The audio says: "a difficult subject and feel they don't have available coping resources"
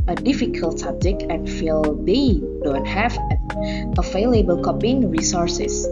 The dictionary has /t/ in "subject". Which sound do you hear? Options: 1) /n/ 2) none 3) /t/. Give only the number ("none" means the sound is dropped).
2